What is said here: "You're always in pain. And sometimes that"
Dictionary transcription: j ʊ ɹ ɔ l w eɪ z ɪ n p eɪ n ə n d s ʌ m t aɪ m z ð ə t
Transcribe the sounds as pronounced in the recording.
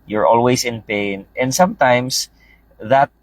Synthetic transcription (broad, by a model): j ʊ ɹ ɔ l w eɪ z ɪ n p eɪ n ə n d s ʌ m t aɪ m s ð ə t